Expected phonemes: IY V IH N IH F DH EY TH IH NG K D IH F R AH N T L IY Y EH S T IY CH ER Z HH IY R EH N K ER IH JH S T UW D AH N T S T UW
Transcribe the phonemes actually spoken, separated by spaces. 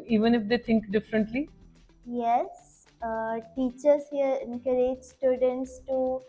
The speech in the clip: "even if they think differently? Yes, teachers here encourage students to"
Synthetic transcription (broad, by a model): IY V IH N IH F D EY T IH NG K D IH F R AH N T L IY Y EH S T IY CH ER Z HH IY R EH N K ER IH JH S T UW D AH N T S T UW